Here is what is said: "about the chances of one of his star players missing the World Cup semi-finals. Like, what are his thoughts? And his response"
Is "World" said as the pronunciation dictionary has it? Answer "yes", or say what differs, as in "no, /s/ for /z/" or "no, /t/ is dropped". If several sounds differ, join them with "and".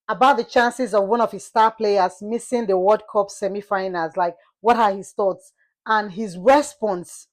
no, /l/ is dropped